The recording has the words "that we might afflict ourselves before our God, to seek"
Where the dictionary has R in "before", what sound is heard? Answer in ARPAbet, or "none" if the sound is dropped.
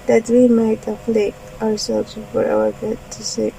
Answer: W